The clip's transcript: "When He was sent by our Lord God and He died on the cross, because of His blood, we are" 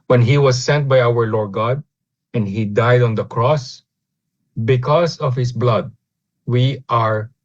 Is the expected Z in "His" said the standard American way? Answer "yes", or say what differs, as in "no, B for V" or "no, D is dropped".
no, S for Z